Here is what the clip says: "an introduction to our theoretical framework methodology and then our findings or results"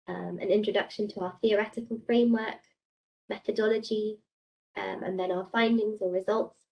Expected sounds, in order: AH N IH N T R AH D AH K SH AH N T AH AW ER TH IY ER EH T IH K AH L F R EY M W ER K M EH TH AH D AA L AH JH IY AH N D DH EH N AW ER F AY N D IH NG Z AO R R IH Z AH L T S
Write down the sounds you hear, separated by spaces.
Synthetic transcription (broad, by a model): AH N IH N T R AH D AH K SH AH N T AH AW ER TH IY ER EH T IH K AH L F R EY M W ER K M EH TH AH D AA L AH JH IY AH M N DH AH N AW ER F AY N D IH NG Z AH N R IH Z AH L T S